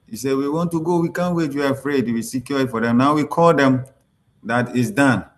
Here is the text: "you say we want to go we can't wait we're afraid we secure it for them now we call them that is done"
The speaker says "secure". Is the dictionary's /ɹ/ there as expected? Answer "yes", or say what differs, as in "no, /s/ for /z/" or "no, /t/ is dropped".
no, /l/ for /ɹ/